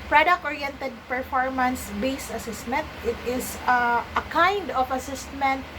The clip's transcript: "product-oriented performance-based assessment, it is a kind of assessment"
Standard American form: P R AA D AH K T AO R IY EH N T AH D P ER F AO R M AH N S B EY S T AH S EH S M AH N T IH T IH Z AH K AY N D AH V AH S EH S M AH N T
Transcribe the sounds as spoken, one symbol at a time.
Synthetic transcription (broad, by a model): P R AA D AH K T AO R IY EH N T AH D P ER F AO R M AH N S B EY S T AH S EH S M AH N T IH T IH S AH K AY N D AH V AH S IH S M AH N T